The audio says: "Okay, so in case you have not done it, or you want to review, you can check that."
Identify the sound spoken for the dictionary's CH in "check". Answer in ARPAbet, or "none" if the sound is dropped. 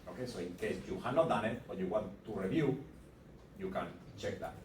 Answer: CH